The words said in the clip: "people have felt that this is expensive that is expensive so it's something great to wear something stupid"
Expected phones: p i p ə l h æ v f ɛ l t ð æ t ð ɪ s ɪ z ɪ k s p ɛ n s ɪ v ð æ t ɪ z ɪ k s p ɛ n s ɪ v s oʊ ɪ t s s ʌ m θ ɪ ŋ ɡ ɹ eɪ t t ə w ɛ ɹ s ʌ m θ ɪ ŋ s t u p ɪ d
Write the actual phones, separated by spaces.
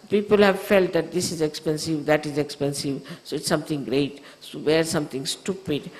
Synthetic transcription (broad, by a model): p i p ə l h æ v f ɛ l t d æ t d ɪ s ɪ z ɪ k s p ɛ n s ɪ v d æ t ɪ z ɪ k s p ɛ n s ɪ v s oʊ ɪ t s s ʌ m t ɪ ŋ ɡ ɹ eɪ t s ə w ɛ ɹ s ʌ m t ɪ ŋ s t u p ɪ d